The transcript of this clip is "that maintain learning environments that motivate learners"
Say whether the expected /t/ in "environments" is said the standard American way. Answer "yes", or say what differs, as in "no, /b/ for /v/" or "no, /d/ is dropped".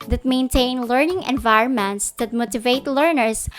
yes